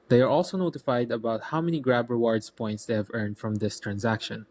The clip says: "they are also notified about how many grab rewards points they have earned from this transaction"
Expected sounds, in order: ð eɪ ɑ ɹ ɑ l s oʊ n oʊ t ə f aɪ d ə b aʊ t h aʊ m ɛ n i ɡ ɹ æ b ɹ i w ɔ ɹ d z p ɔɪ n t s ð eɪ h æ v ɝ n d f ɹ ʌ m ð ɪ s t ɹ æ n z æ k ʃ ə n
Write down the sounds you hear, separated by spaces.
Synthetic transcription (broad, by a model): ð eɪ ɑ ɹ ɑ l s oʊ n oʊ t ə f aɪ d ə b aʊ t h aʊ m ɛ n i ɡ ɹ æ b ɹ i w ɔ ɹ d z p ɔɪ n t s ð eɪ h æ v ɝ n d f ɹ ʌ m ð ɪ s t ɹ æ n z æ k ʃ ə n